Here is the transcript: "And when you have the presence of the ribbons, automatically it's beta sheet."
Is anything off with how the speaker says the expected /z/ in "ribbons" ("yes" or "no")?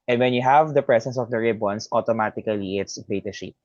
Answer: yes